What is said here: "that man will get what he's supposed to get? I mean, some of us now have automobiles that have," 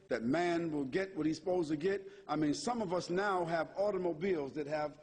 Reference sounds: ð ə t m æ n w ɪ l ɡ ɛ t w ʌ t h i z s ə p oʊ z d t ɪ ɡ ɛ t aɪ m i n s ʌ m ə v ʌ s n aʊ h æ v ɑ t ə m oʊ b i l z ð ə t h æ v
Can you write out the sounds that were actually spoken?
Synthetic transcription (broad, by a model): ð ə t m æ n w ɪ l ɡ ɛ t w ʌ t h i s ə p oʊ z t ɪ ɡ ɛ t aɪ m i n s ʌ m ə v ʌ s n aʊ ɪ v ɑ t ə m oʊ b i l z ð ə t h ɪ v